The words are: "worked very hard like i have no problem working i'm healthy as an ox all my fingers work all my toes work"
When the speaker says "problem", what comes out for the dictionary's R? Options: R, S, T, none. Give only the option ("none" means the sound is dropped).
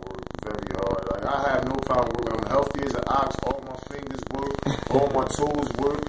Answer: none